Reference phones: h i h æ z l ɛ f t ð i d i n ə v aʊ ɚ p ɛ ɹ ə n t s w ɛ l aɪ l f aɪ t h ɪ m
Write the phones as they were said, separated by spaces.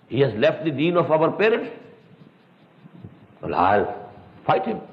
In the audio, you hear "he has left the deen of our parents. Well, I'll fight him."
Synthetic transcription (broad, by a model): h i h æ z l ɛ f t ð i d i n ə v aʊ ɚ p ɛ ɹ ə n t w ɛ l aɪ l f aɪ t h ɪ m